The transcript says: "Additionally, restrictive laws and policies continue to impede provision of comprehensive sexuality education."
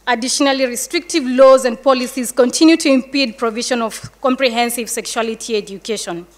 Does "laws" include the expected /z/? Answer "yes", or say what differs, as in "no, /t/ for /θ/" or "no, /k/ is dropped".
yes